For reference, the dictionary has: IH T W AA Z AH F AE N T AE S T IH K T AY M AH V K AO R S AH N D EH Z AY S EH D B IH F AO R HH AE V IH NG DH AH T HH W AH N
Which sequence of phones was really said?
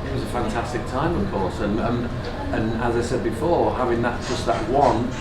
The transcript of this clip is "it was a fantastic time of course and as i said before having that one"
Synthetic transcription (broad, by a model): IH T W AA Z AH F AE N T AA S T IH K T AY M AH V K AO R S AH N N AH Z AY S EH D B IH F AO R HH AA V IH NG DH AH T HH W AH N